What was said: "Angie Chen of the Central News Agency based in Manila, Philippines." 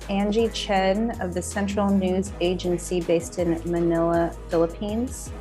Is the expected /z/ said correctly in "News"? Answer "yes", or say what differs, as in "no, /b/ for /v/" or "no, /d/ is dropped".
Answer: yes